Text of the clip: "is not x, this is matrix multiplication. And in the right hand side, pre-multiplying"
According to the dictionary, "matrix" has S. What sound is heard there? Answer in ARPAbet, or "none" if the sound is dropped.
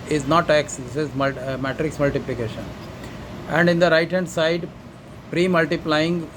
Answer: S